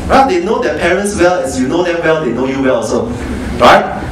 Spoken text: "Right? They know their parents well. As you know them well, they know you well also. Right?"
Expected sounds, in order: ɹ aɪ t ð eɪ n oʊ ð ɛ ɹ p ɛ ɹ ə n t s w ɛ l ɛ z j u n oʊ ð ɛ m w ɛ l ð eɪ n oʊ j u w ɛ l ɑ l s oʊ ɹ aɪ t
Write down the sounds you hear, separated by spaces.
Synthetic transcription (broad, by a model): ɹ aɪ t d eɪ n oʊ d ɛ p ɛ ɹ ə n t s w ɛ l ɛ s j u n oʊ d ɛ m w ɛ l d eɪ n oʊ j u w ɛ l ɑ s oʊ ɹ aɪ t